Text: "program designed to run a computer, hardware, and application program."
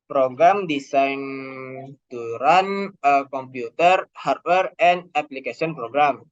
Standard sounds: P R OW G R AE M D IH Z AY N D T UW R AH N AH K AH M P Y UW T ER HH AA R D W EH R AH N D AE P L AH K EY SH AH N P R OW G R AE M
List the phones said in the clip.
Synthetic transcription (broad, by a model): P R OW G R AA M D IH S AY N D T UW R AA N AH K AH M P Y UW T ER HH AA R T W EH R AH N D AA P L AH K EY S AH N P R OW G R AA M